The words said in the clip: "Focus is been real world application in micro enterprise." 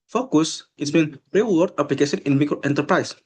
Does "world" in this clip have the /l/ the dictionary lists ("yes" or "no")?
no